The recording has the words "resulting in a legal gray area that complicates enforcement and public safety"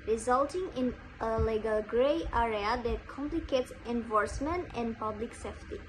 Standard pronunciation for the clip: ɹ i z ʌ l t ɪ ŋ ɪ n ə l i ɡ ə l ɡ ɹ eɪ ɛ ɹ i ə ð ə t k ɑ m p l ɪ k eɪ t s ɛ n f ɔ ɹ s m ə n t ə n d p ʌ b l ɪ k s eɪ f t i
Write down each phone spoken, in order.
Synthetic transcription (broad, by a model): ɹ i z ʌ l t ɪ ŋ ɪ n ə l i ɡ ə l ɡ ɹ eɪ ɛ ɹ i ə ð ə t k ɑ m p l ɪ k eɪ t s ɛ n f ɔ ɹ s m ə n t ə n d p ʌ b l ɪ k s eɪ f t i